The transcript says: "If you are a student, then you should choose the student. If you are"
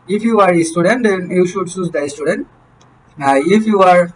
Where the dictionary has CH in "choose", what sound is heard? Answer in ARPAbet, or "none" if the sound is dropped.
S